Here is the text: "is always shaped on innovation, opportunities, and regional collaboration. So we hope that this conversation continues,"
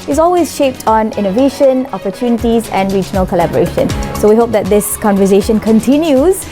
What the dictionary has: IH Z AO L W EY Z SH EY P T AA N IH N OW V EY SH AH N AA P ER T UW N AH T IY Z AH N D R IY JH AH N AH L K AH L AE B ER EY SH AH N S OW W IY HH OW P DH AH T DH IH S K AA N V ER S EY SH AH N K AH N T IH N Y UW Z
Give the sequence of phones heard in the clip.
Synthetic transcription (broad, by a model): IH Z AO L W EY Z SH EY P T AA N IH N OW V EY SH AH N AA P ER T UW N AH T IY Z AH N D R IY JH AH N AH L K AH L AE B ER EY SH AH N S OW W IY HH OW P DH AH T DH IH S K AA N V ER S EY SH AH N K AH N T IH N Y UW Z